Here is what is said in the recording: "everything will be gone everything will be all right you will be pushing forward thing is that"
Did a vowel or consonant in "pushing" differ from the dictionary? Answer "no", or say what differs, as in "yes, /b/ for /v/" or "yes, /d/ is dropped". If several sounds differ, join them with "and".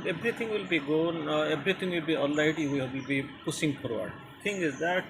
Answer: yes, /s/ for /ʃ/